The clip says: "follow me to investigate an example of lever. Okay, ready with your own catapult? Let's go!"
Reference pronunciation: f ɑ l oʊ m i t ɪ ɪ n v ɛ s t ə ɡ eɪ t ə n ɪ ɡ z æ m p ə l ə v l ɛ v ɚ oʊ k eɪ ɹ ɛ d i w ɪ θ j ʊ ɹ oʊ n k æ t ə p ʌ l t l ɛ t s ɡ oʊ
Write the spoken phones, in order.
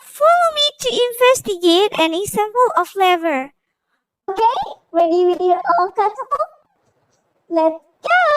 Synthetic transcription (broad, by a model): f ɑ l oʊ m i t ɪ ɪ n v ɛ s t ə ɡ eɪ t ə n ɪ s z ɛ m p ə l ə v l ɛ v ɚ oʊ k eɪ w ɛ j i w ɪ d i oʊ l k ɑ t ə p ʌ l l ɛ t s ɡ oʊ